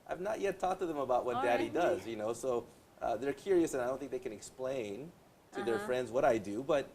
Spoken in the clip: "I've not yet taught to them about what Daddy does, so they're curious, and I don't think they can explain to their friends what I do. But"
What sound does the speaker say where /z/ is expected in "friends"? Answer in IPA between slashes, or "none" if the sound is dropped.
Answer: /z/